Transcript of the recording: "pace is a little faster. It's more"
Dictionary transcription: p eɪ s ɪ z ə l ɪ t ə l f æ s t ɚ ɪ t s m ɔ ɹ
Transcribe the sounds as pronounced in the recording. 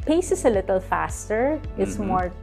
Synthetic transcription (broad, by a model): p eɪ s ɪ s ə l ɪ t ə l f æ s t ɚ ɪ t s m ɔ ɹ